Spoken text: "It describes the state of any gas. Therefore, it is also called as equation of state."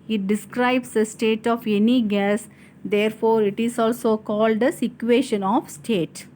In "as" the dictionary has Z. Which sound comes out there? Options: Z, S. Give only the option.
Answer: S